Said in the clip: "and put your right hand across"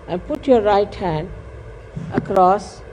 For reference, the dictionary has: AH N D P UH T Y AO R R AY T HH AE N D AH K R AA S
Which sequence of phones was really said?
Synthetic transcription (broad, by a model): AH N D P UH T Y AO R R AY T HH AE N D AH K R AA S